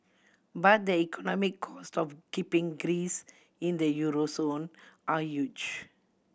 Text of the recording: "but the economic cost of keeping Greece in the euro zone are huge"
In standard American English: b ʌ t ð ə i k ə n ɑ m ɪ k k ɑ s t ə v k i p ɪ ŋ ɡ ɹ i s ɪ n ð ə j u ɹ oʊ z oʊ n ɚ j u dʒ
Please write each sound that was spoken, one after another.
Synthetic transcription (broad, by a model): b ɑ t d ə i k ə n ɑ m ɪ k k ɑ s t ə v k i p ɪ ŋ ɡ ɹ i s ɪ n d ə j u ɹ oʊ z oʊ n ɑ j u dʒ